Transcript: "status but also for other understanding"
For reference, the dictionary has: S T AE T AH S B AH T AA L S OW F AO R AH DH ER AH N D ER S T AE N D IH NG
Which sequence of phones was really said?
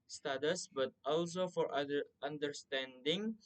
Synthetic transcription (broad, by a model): S T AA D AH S B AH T AA L S OW F AO R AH ER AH N D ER S T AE N D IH NG